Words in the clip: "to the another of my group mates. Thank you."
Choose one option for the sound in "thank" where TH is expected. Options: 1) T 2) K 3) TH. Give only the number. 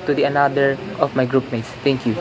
1